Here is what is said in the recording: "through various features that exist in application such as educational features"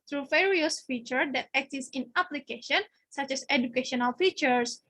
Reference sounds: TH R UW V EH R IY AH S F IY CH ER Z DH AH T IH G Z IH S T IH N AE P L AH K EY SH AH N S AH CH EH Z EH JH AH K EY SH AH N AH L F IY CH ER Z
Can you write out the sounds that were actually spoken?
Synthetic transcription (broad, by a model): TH R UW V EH R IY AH S F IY CH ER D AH T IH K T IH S IH N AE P L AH K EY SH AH N S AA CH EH S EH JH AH K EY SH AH N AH L F IY CH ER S